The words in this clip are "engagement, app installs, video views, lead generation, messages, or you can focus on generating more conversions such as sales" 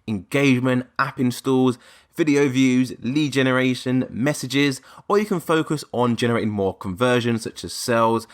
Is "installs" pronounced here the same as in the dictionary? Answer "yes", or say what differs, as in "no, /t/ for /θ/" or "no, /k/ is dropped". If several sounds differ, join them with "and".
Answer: no, /l/ is dropped